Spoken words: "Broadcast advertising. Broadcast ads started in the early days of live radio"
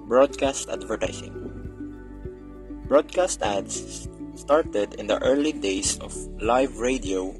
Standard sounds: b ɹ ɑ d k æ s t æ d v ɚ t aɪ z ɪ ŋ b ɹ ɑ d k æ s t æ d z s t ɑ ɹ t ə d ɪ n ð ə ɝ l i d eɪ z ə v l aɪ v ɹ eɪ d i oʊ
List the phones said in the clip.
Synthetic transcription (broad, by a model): b ɹ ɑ d k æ s t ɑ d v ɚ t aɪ s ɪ ŋ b ɹ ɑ d k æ s t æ d s t ɑ ɹ t ə d ɪ n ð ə ɝ l i d eɪ s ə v l aɪ v ɹ eɪ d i oʊ